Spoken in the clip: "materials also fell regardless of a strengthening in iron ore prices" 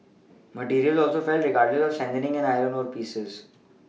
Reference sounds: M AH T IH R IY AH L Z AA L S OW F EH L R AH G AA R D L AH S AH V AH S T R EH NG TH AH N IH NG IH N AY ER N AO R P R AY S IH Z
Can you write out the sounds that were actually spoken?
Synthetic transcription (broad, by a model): M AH T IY R IY AH L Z AA L S OW F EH L R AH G AA R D L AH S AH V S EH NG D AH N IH NG IH N AY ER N AO R P IY S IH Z